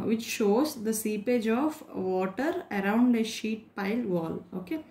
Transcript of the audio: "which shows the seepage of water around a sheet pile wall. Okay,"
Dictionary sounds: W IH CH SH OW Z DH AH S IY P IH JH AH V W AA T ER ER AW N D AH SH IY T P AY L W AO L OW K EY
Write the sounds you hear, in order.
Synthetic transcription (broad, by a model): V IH CH SH OW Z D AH S IY P IH JH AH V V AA T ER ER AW N D AH SH IY T P AY L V AO L OW K EY